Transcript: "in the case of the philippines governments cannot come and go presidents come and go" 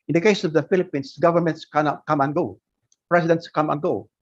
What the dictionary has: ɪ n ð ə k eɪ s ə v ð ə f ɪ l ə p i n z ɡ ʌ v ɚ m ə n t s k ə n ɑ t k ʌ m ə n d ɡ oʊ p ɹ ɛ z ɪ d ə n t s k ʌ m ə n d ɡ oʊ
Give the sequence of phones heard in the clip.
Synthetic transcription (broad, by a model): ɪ n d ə k eɪ s ə v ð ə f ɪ l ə p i n s ɡ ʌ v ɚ m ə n t s k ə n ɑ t k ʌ m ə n ɡ oʊ p ɹ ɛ s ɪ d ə n t s k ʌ m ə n ɡ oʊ